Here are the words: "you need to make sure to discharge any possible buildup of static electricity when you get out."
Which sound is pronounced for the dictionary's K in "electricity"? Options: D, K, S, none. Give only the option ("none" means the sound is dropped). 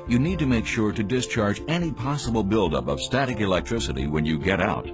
K